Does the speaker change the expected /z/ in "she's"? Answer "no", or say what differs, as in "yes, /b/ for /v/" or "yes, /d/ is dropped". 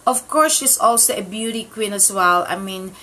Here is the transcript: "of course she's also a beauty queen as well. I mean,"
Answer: yes, /s/ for /z/